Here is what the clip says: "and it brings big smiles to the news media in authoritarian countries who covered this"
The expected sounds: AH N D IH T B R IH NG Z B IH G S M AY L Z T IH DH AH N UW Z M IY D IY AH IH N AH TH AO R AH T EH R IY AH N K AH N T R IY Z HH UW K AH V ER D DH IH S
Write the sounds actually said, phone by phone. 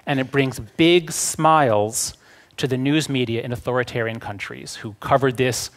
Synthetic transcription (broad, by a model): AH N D IH T B R IH NG Z B IH G S M AY L Z T IH DH AH N UW Z M IY D IY AH IH N AH TH AO R AH T EH R IY AH N K AH N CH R IY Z HH UW K AH V ER D DH IH S